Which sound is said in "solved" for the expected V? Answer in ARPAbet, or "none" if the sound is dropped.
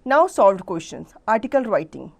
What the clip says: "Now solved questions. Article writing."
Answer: V